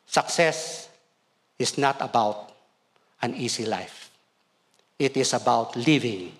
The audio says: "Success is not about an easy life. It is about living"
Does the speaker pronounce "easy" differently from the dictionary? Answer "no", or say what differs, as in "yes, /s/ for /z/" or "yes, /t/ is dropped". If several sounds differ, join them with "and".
yes, /s/ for /z/